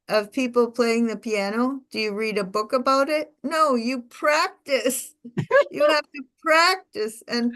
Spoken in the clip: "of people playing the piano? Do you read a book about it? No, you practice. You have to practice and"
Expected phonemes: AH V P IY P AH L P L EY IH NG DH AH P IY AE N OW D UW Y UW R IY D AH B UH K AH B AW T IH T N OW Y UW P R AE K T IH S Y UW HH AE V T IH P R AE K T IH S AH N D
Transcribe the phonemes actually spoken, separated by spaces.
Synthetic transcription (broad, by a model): AH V P IY P L P L EY IH NG DH AH P IY AE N OW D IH Y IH R IY D AH B UH K AH B AW T IH T N OW Y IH P R AE K T IH S Y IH HH AE F T IH P R AE K T IH S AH N